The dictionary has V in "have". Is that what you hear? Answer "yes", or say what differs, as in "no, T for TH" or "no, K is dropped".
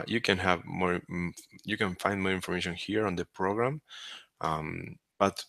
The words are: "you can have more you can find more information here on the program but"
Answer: yes